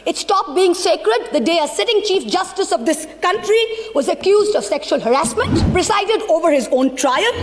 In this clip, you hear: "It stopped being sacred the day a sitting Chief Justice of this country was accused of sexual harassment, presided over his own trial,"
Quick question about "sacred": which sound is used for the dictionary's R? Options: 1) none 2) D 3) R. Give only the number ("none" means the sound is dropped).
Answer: 3